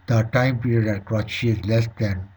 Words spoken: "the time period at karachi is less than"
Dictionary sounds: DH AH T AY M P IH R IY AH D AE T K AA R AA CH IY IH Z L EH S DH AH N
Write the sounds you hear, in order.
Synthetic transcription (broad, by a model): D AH T AY M P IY R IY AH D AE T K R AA SH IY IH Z L EH S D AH N